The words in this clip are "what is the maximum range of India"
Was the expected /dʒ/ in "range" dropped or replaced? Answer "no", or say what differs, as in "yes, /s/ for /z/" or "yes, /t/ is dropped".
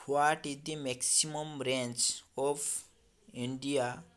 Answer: yes, /tʃ/ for /dʒ/